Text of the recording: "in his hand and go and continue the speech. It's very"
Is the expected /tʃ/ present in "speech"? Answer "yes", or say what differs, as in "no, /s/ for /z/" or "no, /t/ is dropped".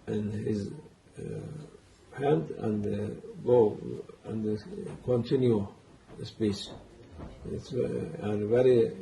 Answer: no, /s/ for /tʃ/